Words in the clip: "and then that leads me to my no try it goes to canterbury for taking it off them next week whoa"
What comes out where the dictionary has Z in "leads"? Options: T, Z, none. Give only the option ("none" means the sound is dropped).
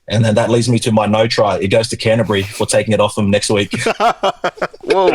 Z